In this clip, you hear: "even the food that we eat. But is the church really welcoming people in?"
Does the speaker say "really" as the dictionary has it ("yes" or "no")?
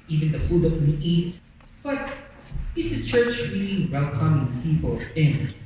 no